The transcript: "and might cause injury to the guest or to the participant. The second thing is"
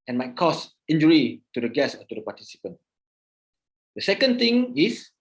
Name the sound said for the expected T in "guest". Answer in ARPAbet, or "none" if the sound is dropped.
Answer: none